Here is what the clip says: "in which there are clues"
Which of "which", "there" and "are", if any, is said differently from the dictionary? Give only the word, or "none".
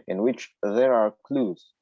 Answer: none